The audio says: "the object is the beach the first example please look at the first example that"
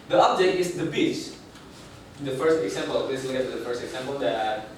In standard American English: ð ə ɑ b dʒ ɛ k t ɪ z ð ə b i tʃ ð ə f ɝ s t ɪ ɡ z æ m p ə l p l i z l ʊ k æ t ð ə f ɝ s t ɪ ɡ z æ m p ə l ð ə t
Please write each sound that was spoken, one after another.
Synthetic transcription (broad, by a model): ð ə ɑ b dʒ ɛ t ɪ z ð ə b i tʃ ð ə f ɝ s t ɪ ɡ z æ m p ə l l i s l ʊ k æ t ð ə f ɝ s t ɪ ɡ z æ m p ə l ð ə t